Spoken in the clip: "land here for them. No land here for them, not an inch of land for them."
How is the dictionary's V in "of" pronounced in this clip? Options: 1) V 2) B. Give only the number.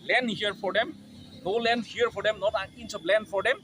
2